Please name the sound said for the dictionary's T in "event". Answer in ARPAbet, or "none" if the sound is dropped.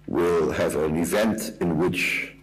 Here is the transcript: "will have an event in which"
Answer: T